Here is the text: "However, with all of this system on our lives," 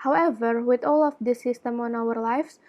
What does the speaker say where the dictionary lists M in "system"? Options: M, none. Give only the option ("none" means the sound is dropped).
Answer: M